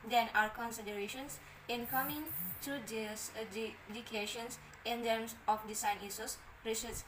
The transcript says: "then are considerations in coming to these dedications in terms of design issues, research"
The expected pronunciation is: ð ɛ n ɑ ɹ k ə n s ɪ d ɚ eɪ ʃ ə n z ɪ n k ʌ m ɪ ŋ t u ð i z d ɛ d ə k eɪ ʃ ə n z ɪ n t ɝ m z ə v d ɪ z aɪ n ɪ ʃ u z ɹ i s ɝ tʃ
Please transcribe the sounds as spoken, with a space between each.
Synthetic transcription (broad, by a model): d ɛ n ɑ ɹ k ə n s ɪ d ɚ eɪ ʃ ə n s ɪ n k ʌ m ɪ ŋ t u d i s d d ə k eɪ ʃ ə n s ɪ n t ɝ m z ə f d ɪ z aɪ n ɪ s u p ɹ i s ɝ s